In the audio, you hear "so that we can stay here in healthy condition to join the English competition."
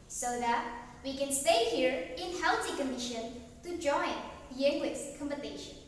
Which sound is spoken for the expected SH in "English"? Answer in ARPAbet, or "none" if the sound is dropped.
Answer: S